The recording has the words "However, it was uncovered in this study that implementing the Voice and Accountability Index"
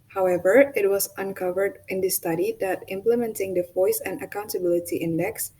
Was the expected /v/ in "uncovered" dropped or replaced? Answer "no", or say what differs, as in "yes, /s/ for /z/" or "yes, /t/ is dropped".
no